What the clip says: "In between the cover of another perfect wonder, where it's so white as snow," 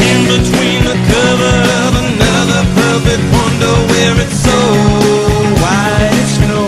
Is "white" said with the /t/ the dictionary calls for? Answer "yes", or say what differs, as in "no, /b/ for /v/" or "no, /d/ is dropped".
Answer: no, /t/ is dropped